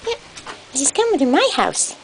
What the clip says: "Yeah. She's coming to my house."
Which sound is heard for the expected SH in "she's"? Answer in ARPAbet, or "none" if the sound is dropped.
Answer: S